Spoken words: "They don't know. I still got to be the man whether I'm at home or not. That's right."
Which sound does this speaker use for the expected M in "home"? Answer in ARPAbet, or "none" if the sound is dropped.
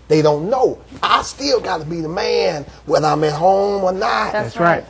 M